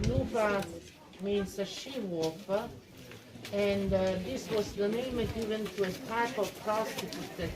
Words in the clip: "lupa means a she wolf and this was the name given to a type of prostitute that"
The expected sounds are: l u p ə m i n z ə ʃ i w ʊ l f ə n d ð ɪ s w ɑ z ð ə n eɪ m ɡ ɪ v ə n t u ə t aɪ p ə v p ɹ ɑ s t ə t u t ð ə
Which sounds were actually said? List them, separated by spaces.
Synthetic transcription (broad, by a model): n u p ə m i n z ə ʃ i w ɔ f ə n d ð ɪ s w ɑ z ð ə n eɪ m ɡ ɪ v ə n t u ə t aɪ p ə v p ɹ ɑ s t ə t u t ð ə